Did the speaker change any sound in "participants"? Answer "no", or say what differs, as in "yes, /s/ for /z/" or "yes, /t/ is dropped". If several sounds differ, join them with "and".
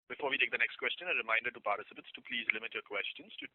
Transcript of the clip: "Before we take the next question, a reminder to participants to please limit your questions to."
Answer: yes, /n/ is dropped